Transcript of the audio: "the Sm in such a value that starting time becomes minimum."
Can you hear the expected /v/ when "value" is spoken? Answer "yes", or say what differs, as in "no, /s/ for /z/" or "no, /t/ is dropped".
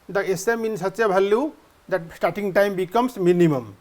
no, /b/ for /v/